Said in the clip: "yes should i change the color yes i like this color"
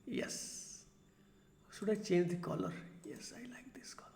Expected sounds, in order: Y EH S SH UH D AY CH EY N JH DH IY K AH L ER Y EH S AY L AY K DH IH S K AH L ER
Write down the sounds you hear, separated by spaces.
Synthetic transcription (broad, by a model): Y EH S S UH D AY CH EY N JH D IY K AH L ER Y EH S AY L AY K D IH S K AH L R